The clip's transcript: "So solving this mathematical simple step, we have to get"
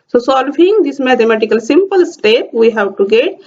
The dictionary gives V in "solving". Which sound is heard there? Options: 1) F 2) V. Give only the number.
1